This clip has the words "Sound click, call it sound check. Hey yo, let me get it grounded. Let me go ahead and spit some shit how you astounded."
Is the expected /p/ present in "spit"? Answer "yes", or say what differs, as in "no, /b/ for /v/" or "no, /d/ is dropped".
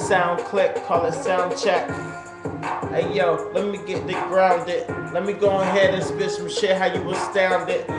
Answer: no, /b/ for /p/